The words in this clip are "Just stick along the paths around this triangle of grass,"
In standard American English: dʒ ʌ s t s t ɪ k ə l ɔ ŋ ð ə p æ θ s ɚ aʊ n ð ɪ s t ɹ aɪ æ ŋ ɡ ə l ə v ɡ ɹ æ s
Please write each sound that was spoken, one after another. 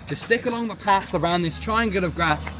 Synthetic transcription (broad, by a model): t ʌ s s t ɪ k ə l ɔ ŋ ð ə p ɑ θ s ɚ aʊ n ð ɪ s t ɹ aɪ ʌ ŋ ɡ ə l ə v ɡ ɹ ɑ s